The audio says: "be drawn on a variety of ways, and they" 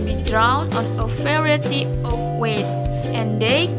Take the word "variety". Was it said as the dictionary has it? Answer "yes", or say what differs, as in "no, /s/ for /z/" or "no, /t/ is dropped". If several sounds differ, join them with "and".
no, /f/ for /v/